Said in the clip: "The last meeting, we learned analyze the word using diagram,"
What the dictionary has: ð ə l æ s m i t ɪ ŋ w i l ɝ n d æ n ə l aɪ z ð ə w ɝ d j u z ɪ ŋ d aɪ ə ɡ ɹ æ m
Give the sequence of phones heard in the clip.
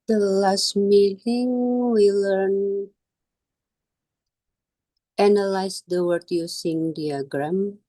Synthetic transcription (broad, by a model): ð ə l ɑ s m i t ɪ ŋ w i l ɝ n æ n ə l aɪ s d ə w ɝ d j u s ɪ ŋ d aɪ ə ɡ ɹ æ m